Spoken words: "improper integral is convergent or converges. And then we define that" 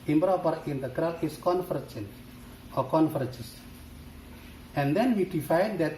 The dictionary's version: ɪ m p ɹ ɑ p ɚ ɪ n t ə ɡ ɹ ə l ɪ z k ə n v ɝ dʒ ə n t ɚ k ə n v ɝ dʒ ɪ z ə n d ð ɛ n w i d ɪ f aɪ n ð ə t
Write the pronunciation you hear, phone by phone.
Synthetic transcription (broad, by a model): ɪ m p ɹ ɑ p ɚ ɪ n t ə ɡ ɹ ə l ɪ s k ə n f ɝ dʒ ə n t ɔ k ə n f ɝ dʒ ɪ s ə n d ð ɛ n w i d ɪ f aɪ n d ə t